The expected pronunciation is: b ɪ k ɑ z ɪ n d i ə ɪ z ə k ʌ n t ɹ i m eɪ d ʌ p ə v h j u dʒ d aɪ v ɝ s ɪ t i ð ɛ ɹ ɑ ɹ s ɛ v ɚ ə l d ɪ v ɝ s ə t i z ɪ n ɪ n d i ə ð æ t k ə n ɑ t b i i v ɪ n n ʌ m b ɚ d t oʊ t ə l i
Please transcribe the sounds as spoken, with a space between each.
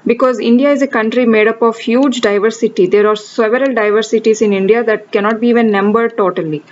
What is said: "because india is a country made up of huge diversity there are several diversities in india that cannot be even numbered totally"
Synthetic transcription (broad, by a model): b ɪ k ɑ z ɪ n d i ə ɪ z ə k ʌ n t ɹ i m eɪ d ʌ p ə v h j u dʒ d aɪ v ɝ s ɪ t i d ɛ ɹ ɑ ɹ s ɛ v ɚ ə l d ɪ v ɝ s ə t i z ɪ n ɪ n d i ə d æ t k ə n ɑ t b i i v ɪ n n ʌ m b ɚ d t oʊ t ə l i